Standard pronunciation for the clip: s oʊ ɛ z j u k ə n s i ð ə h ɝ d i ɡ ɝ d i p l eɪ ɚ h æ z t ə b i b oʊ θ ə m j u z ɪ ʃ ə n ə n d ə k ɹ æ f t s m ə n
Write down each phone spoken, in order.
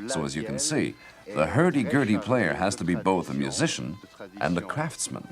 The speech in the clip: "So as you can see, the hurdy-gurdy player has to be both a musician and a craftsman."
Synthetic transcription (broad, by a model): s oʊ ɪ z j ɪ k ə n s i ð ə h ɝ d i ɡ ɝ d i p l eɪ ɚ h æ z t ə b i b oʊ θ ə m j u z ɪ ʃ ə n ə n ə k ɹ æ f t s m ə n